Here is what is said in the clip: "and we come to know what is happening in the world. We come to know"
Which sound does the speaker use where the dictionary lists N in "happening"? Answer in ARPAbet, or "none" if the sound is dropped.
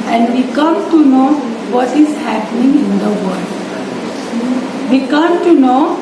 N